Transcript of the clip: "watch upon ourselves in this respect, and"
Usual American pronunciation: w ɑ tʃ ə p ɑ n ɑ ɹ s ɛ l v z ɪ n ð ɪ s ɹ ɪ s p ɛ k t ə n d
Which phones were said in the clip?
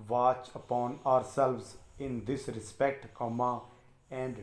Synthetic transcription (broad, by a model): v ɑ tʃ ə p ɑ n ɑ ɹ s ɛ l v z ɪ n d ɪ s ɹ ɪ s p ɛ k t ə n d